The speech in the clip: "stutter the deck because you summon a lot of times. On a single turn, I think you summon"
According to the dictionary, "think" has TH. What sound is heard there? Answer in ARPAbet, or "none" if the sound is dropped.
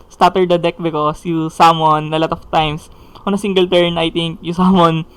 T